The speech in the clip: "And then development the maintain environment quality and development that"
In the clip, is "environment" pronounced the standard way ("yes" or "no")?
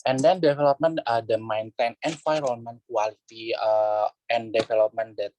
no